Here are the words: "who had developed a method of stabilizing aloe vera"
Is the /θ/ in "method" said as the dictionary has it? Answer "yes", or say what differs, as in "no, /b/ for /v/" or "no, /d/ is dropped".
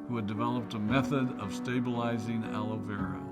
yes